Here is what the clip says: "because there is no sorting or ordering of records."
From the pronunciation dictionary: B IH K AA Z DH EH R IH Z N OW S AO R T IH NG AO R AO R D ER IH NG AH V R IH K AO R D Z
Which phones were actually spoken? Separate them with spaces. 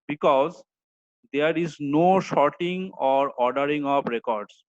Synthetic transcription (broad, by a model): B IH K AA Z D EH R IH Z N OW SH AO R T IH NG AO R AO R D ER IH NG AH P R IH K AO R D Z